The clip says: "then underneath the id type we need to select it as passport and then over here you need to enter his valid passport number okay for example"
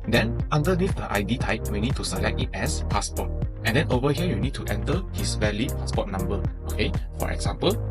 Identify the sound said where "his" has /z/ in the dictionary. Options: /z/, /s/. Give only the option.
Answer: /s/